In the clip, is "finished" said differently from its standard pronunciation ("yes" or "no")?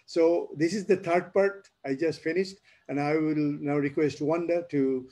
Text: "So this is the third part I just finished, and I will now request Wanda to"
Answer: no